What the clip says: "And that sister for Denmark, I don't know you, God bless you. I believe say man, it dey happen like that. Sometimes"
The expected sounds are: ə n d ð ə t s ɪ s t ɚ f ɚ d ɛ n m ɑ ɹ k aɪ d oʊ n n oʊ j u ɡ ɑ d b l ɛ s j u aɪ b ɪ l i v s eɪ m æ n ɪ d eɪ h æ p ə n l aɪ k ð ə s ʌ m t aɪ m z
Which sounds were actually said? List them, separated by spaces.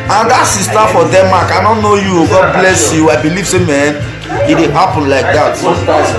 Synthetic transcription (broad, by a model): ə n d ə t s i s t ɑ f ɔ d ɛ m ɑ k aɪ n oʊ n n oʊ j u ɡ ɑ d b l ɛ s j u aɪ b ɪ l i v s eɪ m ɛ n ɪ d eɪ h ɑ p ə n l aɪ k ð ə t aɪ